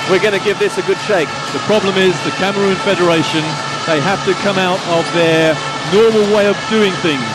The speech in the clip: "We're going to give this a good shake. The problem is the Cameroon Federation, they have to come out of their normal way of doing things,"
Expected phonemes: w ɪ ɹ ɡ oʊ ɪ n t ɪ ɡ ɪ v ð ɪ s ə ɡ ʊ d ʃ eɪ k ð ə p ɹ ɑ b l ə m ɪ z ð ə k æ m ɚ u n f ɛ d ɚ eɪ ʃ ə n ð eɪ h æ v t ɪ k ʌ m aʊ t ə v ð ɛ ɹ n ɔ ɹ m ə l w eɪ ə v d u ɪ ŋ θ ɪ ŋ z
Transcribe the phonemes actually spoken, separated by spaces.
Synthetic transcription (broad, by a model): w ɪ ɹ ɡ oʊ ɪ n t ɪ ɡ ɪ v ð ɪ s ə ɡ ʊ d ʃ eɪ k ð ə p ɹ ɑ b l ə m ɪ z ð ə k æ m ɚ u n f ɛ d ɚ eɪ ʃ ə n ð eɪ h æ f t ɪ k ʌ m aʊ t ə v ð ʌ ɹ n ɔ ɹ m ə l w eɪ ə v d u ɪ ŋ θ ɪ ŋ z